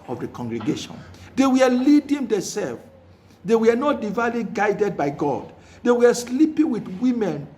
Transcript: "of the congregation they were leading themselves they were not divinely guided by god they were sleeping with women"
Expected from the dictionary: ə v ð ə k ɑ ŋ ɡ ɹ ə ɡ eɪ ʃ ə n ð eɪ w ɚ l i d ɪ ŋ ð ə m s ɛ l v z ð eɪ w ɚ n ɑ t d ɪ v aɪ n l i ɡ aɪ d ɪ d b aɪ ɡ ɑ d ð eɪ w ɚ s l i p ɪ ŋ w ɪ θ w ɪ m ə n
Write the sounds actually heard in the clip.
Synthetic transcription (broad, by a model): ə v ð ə k ɑ ŋ ɡ ɹ ə ɡ eɪ ʃ ə n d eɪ w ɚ l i d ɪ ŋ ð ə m s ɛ l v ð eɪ w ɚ n ɑ t d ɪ v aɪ l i ɡ aɪ d ɪ d b aɪ ɡ ɑ d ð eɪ w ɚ s l i p ɪ ŋ w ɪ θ w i m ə n